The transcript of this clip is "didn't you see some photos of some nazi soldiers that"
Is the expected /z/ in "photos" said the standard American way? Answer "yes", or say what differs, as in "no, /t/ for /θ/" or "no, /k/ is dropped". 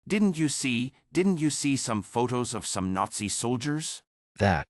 yes